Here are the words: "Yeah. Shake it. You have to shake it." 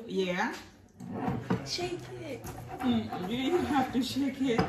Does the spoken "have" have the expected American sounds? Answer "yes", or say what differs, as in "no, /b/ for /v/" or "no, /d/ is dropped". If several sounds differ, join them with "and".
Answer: no, /f/ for /v/